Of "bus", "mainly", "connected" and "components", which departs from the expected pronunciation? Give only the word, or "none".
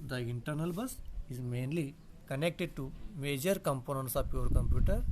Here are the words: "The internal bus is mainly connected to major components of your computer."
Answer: none